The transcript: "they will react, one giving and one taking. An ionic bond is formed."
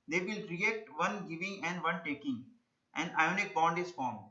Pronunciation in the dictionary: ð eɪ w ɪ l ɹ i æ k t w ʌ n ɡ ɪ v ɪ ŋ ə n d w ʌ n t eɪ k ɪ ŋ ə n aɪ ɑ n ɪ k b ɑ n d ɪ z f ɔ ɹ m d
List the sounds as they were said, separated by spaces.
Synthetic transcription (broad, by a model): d eɪ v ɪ l ɹ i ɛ k t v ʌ n ɡ ɪ v ɪ ŋ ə n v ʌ n t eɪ k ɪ ŋ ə n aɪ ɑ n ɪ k b ɑ n d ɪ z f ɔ ɹ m